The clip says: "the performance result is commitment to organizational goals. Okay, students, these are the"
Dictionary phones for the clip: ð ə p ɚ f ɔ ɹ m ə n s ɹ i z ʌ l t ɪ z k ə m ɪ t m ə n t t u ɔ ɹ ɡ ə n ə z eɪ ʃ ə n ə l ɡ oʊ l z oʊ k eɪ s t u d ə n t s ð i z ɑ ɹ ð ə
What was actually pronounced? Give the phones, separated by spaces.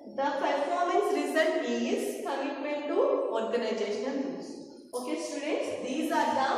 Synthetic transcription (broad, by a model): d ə p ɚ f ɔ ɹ m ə n s ɹ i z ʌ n ɪ z k ə m ɪ t m ə n t t u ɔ ɹ ɡ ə n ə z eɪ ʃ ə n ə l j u z oʊ k eɪ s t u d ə t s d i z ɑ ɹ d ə